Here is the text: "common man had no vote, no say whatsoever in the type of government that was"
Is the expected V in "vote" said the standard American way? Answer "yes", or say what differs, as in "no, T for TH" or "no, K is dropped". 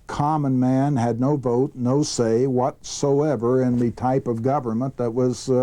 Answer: yes